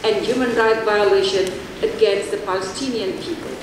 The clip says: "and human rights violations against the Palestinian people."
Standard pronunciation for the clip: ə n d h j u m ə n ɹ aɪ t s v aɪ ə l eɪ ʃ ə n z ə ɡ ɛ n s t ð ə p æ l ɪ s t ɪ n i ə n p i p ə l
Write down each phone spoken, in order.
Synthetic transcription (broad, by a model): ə n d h j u m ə n ɹ aɪ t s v aɪ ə l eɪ ʃ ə n ə ɡ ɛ n s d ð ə p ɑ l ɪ s t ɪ n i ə n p i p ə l